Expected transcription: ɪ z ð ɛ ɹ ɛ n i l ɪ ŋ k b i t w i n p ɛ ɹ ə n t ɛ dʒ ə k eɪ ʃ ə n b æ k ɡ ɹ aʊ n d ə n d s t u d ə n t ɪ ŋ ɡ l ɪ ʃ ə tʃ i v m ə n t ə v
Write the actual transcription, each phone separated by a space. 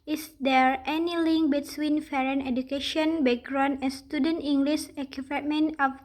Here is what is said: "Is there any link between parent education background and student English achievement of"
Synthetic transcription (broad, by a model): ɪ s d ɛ ɹ ɛ n i l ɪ ŋ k b i t w i n f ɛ ɹ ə n ɛ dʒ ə k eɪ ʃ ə n b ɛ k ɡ ɹ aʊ n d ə n s t u d ə n t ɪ ŋ ɡ l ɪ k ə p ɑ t m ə n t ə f